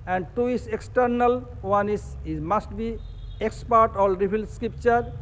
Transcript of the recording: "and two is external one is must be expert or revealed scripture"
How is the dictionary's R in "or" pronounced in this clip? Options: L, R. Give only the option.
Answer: L